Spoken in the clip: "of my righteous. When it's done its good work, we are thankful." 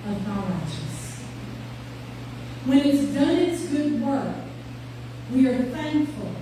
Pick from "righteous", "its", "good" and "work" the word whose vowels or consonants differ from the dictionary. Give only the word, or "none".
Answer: righteous